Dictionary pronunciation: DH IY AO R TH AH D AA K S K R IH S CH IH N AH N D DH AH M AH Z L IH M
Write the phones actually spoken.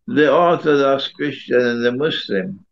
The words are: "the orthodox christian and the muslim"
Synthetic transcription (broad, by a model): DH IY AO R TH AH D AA S K R IH S CH IH N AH N DH AH M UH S L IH M